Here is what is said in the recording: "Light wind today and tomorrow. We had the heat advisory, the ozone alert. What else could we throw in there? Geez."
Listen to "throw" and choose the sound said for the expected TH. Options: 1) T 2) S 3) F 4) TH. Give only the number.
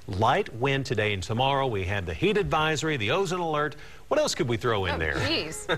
4